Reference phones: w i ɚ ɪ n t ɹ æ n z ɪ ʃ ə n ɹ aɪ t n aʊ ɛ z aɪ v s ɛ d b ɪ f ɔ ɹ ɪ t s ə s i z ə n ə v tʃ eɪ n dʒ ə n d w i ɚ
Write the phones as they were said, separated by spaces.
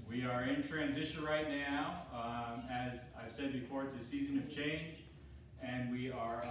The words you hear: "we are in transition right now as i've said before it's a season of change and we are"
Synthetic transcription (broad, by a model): w i ɚ ɪ n t ɹ æ n z ɪ ʃ ə n ɹ aɪ t n aʊ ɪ z aɪ v s ɛ d b ɪ f ɔ ɹ ɪ t s ə s i z ə n ə v tʃ eɪ n dʒ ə n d w i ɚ